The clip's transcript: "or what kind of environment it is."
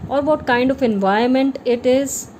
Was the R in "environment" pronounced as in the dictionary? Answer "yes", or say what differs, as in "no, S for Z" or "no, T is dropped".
no, R is dropped